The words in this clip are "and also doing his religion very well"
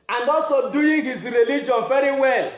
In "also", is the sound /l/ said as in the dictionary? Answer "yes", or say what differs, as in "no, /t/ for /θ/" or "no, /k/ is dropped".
no, /l/ is dropped